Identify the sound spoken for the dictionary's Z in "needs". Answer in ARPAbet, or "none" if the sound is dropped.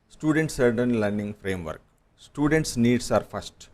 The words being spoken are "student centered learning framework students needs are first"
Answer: S